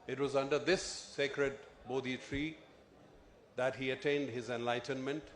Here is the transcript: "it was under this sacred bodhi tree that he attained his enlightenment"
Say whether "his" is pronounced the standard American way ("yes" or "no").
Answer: yes